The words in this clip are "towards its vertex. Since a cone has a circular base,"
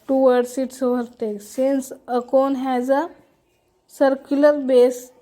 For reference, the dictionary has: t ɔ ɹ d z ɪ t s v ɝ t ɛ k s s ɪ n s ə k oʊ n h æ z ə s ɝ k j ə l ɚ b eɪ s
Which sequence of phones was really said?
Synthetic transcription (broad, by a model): t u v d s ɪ t s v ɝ t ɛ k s s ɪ n s ə k oʊ n h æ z ə s ɝ k j ə l ɚ b eɪ s